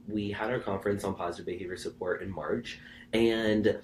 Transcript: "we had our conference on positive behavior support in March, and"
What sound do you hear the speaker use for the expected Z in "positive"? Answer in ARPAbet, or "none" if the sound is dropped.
Z